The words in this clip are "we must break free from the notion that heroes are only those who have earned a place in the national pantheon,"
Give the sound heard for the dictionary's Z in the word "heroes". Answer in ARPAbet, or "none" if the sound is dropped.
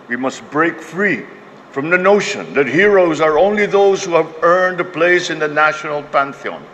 Z